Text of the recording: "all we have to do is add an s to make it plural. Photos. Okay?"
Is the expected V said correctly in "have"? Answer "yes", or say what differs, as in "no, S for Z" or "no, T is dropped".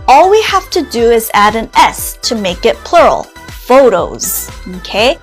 no, F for V